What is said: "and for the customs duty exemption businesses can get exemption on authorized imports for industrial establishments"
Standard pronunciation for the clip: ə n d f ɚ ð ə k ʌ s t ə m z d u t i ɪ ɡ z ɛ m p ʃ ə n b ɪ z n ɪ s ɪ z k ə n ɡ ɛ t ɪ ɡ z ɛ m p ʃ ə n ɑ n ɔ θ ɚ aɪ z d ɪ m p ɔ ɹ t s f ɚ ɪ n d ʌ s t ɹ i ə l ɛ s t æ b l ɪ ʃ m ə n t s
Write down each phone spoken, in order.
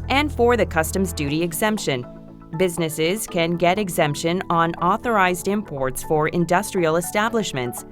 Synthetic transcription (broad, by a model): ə n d f ɚ ð ə k ʌ s t ə m z d u t i ɪ ɡ z ɛ m p ʃ ə n b ɪ z n ɪ s ɪ z k ə n ɡ ɛ t ɪ ɡ z ɛ m p ʃ ə n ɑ n ɔ θ ɚ aɪ z d ɪ m p ɔ ɹ t s f ɚ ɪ n d ʌ s t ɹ i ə l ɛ s t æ b l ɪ ʃ m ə n t s